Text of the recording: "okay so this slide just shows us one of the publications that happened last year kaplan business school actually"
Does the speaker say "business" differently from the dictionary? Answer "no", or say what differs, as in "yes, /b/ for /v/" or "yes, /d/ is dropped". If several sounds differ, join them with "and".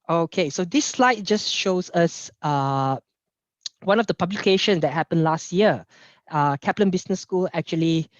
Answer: yes, /s/ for /z/